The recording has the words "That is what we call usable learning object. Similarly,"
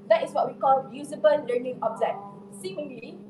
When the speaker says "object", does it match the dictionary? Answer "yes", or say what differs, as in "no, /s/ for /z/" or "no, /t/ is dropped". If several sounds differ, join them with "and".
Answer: no, /z/ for /dʒ/ and /k/ is dropped